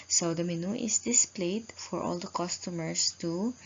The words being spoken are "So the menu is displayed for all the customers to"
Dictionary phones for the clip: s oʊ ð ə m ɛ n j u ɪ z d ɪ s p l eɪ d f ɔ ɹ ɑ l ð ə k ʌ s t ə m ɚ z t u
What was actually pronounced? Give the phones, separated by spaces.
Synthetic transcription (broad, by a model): s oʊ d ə m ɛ n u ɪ s d ɪ s p l eɪ d f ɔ ɹ ɑ l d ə k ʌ s t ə m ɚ s t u